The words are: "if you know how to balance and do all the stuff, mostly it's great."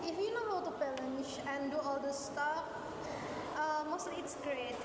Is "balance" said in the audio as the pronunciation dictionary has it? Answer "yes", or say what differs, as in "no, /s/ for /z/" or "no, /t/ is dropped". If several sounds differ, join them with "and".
no, /ʃ/ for /s/